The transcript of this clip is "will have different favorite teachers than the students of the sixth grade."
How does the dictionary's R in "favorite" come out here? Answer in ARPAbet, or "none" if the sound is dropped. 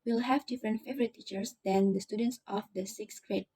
R